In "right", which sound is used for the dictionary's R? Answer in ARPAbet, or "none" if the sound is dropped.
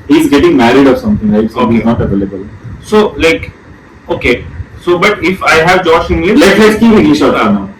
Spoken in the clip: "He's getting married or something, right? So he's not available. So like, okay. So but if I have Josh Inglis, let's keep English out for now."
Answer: L